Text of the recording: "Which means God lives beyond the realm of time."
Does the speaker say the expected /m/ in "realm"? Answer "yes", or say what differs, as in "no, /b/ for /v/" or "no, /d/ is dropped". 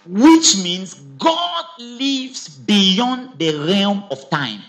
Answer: yes